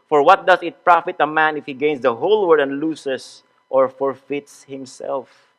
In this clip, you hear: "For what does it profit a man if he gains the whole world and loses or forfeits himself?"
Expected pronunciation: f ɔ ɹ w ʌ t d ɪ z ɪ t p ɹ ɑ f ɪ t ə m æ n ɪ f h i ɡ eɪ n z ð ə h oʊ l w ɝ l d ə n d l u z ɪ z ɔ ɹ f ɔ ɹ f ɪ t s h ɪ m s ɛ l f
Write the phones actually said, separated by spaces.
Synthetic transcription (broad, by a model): f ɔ ɹ w ʌ t d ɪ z ɪ t p ɹ ɑ f ɪ t ə m æ n ɪ f h i ɡ eɪ n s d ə h oʊ l w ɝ d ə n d l u s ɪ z ɔ ɹ f ɔ ɹ f ɪ t s h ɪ m s ɛ l f